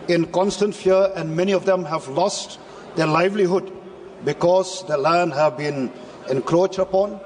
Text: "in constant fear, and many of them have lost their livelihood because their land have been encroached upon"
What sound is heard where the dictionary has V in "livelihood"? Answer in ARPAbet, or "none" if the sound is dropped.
V